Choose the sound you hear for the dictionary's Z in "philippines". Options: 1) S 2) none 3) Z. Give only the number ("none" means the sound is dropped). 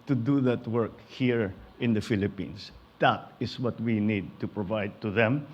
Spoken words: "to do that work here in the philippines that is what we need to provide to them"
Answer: 1